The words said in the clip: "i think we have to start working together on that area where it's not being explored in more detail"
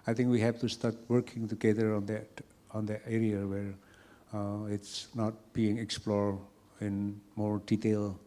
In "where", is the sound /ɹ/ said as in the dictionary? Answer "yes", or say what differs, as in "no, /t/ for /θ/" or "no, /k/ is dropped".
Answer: yes